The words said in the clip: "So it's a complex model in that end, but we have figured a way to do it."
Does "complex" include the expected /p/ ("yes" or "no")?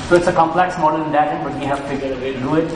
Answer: yes